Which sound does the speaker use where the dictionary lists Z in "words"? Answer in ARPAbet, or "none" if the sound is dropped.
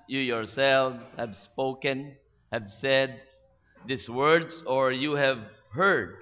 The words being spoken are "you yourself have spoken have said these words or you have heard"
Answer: S